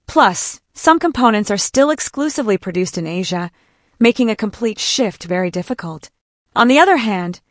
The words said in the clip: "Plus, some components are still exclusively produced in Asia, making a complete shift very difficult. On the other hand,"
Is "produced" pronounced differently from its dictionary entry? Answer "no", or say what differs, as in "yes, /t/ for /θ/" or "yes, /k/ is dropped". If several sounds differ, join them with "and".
no